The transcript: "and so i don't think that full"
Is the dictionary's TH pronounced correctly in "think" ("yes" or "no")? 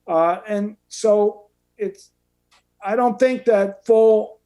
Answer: yes